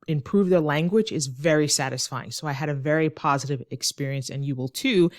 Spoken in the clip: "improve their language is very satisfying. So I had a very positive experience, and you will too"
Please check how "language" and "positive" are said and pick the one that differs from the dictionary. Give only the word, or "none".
none